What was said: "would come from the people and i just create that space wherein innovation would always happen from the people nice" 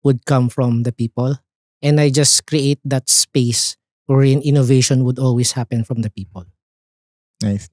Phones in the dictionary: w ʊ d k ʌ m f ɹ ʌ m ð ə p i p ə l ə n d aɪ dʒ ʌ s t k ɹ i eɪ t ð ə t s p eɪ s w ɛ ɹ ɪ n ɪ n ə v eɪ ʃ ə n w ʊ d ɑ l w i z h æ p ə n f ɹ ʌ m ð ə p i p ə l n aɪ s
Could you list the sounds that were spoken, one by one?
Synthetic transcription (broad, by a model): w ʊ d k ʌ m f ɹ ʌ m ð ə p i p ə l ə n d aɪ dʒ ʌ s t k ɹ i eɪ t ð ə t s p eɪ s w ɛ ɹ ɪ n ɪ n ə v eɪ ʃ ə n w ʊ d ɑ l w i s h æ p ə n f ɹ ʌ m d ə p i p ə l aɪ